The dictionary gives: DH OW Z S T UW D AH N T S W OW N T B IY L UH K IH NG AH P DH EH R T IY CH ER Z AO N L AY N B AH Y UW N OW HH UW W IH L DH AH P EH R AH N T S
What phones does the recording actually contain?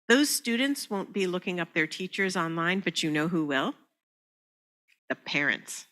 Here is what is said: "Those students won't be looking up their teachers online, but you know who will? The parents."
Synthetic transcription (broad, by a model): DH OW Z S T UW D N T S W OW N B IY L UH K IH NG AH P DH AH R T IY CH ER Z AO N L AY N B AH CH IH N OW HH UW W IH L DH AH P EH R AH N T S